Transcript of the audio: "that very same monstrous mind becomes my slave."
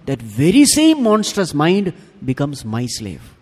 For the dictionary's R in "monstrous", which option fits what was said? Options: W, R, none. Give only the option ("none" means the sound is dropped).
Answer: none